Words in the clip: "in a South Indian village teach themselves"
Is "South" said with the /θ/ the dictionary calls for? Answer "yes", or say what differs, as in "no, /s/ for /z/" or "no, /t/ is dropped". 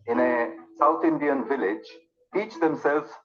no, /t/ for /θ/